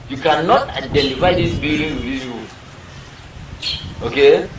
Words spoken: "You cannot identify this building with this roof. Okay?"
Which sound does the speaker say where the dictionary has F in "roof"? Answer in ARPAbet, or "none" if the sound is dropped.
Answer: none